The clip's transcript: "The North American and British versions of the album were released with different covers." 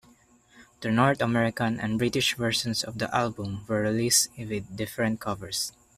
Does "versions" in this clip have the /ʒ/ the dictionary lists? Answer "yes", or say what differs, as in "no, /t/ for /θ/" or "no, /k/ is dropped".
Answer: no, /s/ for /ʒ/